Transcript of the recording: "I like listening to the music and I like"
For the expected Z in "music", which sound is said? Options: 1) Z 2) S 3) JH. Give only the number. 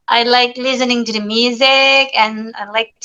1